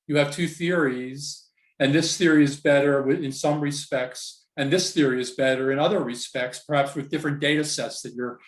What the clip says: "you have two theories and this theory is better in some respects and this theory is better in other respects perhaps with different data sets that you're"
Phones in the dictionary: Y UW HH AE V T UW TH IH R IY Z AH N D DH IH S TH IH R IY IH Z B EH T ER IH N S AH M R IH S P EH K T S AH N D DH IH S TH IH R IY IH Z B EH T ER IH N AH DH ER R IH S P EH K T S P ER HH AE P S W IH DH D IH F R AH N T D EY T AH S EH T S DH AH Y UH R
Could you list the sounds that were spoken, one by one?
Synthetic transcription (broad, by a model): Y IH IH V T UW TH IH R IY Z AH N DH IH S TH IH R IY IH Z B EH T ER IH N S AH M R IH S P EH K T S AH N DH IH S TH IH R IY IH Z B EH T ER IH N AH DH ER R IH S P EH K T S P ER HH AE P S W IH DH D IH F R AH N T D EY T AH S EH T S DH AH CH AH R